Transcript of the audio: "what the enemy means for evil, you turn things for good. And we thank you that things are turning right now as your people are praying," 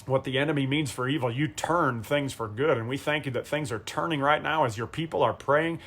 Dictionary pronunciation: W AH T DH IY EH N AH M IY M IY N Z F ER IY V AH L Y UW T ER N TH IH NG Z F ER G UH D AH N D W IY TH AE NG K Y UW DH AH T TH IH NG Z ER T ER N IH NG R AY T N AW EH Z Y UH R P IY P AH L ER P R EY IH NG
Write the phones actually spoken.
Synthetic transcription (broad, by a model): W AH T DH IY EH N AH M IY M IY N Z F ER IY V L Y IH T ER N TH IH NG Z F ER G UH D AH N W IY TH AE NG K Y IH DH AH T TH IH NG Z ER T ER N IH NG R AY T N AW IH Z Y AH R P IY P L ER P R EY IH NG